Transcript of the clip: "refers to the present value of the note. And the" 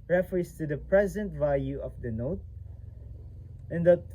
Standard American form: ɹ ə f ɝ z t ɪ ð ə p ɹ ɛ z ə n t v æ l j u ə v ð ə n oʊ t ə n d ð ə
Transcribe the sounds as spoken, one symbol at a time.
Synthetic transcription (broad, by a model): ɹ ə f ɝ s t ɪ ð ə p ɹ ɛ z ə n t v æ l j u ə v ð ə n oʊ t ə n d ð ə